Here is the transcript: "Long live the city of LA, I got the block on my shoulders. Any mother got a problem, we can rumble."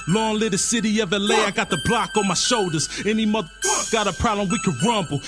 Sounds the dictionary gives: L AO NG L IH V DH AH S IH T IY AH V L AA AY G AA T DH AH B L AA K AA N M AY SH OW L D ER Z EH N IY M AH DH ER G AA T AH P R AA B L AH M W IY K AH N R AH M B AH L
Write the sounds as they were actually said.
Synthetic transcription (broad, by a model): L AO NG L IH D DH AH S IH T IY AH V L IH AY G AA T DH AH B L AA K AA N M AY SH OW L D ER Z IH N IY M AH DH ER G AA T AH P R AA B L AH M W IY K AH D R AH M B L